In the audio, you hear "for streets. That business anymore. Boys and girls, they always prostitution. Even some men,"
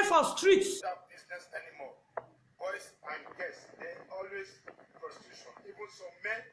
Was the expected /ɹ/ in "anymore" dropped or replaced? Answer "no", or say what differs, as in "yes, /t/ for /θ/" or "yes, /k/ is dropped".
yes, /l/ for /ɹ/